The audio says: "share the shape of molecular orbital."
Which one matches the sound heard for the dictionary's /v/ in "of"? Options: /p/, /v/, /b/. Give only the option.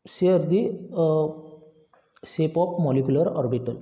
/p/